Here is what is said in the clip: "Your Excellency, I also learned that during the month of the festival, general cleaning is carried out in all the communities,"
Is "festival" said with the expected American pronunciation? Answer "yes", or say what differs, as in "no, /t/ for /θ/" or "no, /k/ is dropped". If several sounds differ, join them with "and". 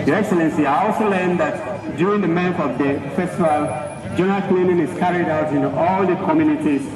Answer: yes